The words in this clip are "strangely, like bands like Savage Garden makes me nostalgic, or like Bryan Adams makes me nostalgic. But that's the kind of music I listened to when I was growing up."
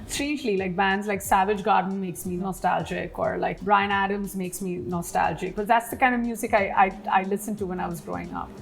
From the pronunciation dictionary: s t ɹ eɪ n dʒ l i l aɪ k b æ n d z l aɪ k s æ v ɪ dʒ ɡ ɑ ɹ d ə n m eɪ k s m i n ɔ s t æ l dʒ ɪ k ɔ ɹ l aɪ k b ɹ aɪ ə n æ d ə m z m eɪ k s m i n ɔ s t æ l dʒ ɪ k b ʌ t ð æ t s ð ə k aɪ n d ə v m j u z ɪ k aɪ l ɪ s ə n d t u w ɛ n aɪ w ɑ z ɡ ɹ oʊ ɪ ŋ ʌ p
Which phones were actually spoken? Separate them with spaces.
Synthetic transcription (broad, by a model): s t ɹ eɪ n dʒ l i l aɪ k b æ n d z l aɪ k s æ v ɪ dʒ ɡ ɑ ɹ d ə n m eɪ k s m i n ɔ s t æ l dʒ ɪ k ɔ ɹ l aɪ k b ɹ aɪ ə n æ d ə m z m eɪ k s m i n ɔ s t æ l dʒ ɪ k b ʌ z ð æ t s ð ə k aɪ n d ə v m j u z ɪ k aɪ l ɪ s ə n t u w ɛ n aɪ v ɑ z ɡ ɹ oʊ ɪ ŋ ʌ p